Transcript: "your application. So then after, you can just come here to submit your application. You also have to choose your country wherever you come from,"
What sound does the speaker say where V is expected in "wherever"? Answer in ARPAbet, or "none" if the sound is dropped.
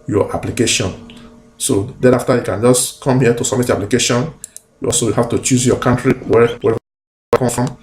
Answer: none